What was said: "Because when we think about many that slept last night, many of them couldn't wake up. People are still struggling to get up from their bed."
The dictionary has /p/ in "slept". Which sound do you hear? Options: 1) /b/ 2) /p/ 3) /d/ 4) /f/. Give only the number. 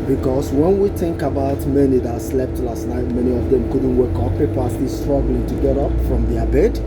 2